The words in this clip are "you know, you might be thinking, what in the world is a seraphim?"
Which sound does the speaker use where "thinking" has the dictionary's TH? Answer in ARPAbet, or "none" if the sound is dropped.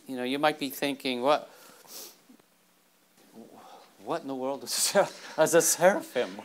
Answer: TH